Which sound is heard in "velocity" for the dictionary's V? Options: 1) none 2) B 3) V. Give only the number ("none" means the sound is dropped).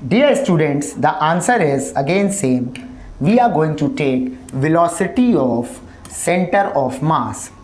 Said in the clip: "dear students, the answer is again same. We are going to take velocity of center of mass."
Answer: 3